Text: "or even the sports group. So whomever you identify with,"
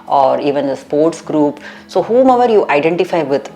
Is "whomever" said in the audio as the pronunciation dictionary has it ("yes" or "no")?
yes